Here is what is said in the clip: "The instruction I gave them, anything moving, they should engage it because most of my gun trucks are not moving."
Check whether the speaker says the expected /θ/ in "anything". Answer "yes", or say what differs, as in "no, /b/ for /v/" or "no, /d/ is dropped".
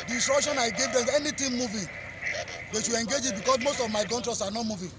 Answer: no, /t/ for /θ/